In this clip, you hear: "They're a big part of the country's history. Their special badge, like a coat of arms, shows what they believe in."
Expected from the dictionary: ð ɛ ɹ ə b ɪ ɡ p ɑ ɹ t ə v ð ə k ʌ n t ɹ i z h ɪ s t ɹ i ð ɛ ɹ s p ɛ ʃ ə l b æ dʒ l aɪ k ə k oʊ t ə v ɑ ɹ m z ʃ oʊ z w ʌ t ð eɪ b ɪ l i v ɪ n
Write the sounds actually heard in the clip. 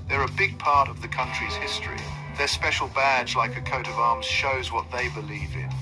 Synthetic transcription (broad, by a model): ð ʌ ɹ ə b ɪ ɡ p ɑ ɹ t ə v ð ə k ʌ n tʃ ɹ i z h ɪ s t ɹ i ð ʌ ɹ s p ɛ ʃ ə l b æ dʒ l aɪ k ə k oʊ t ə v ɑ ɹ m z ʃ oʊ z w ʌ t ð eɪ b ɪ l i v ɪ n